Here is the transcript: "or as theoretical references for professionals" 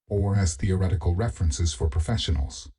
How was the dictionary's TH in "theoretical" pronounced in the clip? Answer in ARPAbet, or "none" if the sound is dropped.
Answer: TH